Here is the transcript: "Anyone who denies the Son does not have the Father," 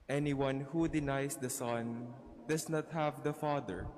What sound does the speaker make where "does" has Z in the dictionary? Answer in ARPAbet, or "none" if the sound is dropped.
S